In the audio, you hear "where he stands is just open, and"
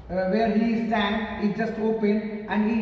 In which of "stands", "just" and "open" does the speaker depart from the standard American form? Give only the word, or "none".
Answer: stands